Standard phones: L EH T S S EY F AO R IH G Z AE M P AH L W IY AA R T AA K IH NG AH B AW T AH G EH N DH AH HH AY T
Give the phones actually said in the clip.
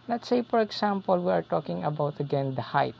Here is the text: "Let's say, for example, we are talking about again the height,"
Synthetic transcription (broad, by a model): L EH T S S EY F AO R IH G S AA M P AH L W IY AA R T AA K IH NG AH B AW T AH G EH N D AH HH AY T